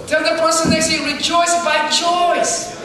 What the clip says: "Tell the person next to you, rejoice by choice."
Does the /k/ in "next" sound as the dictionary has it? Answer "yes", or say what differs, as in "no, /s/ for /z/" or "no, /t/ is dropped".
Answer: no, /k/ is dropped